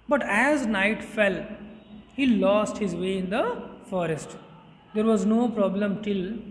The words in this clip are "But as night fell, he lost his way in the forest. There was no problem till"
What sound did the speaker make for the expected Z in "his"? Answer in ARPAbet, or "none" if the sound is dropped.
Z